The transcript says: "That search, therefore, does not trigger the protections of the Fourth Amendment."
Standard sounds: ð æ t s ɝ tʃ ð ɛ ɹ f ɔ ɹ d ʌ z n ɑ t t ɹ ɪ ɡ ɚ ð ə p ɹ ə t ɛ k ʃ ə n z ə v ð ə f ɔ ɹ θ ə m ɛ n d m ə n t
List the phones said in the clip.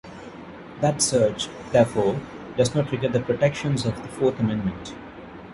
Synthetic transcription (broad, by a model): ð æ t s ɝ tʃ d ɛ ɹ f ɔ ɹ d ʌ z n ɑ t t ɹ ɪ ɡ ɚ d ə p ɹ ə t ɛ k ʃ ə n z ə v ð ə f ɔ ɹ t ə m ɛ n d m ə n t